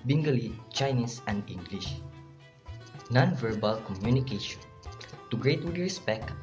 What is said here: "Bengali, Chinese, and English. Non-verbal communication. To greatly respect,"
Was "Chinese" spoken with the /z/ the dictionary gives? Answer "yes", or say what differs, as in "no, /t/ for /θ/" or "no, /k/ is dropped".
no, /s/ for /z/